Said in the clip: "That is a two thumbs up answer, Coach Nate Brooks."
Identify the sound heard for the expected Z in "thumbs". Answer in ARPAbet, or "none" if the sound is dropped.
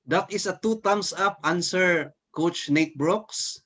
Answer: S